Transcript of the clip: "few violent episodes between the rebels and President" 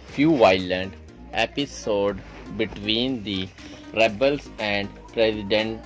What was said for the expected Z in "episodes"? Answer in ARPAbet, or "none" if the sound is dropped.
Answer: none